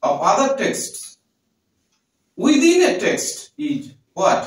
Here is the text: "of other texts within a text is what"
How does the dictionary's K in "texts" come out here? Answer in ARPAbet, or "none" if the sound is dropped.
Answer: K